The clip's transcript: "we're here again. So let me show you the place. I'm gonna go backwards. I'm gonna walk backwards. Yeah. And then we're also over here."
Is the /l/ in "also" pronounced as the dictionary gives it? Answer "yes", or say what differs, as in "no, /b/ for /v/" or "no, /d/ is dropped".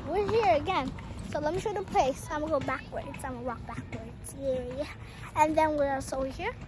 no, /l/ is dropped